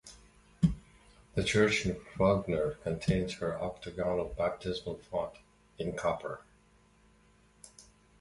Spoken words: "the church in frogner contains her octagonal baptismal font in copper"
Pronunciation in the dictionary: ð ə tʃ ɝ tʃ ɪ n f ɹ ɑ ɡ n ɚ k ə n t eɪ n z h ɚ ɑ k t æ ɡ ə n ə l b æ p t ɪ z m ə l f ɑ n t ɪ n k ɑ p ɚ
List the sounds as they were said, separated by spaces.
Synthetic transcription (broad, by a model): ð ə tʃ ɝ tʃ ɪ n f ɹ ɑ ɡ n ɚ k ə n t eɪ n z h ɚ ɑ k t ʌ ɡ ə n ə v b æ p t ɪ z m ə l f ɑ t ɪ n k ɑ p ɚ